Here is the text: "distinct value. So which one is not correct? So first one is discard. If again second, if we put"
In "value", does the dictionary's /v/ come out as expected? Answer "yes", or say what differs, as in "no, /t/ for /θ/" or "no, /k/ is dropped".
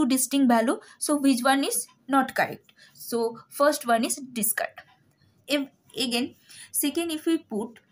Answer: no, /b/ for /v/